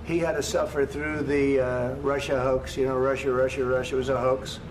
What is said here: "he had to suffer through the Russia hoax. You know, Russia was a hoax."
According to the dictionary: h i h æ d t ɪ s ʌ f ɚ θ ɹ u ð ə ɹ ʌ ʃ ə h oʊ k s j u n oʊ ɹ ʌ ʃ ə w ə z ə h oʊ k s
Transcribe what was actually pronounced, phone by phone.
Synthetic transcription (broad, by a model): h i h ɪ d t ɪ s ʌ f ɚ θ ɹ u ð ə ɹ ʌ ʃ ə h oʊ k s j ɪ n oʊ ɹ ʌ ʃ ə w ə z ə h oʊ k s